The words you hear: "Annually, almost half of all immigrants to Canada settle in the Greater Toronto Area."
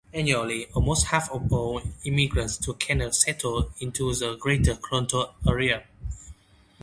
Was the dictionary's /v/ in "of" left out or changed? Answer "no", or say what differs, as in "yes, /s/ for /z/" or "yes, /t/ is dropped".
yes, /b/ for /v/